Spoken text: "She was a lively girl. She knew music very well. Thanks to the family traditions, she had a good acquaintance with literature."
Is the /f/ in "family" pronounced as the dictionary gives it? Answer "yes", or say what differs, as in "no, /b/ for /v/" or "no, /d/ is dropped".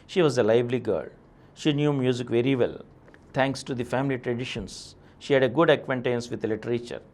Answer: yes